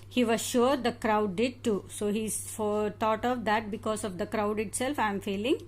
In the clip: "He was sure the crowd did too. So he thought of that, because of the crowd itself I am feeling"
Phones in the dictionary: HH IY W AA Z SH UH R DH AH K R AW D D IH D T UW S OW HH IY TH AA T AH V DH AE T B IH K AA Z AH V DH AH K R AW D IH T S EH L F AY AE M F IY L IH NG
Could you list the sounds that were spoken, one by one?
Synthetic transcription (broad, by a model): HH IY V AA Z SH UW R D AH K R AW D D IH D T UW S OW HH IY T AA T AH V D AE T B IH K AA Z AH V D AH K R AW D IH T S EH L F AY M F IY L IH NG